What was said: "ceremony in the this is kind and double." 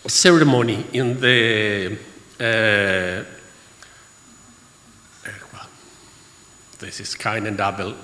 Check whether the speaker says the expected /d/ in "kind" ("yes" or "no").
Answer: no